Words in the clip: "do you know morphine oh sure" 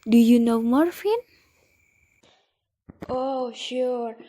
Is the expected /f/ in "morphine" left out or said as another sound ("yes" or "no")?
no